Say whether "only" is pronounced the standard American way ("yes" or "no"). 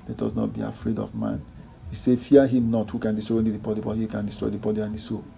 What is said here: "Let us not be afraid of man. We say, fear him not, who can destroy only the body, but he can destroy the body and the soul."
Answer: no